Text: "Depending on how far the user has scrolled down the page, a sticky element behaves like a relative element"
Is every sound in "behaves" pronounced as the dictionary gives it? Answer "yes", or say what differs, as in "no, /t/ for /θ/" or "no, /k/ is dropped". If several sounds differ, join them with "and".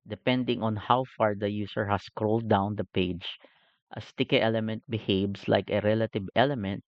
no, /s/ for /z/